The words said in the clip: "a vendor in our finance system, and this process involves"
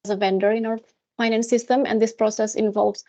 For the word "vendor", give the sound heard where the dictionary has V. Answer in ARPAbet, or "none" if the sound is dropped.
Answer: V